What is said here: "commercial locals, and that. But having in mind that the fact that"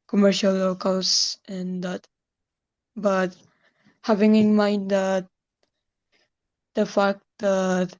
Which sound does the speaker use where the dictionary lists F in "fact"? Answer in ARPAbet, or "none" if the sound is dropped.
F